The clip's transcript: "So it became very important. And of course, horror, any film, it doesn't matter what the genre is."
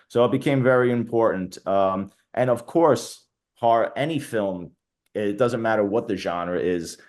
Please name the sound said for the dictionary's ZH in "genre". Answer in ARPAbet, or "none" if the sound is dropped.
ZH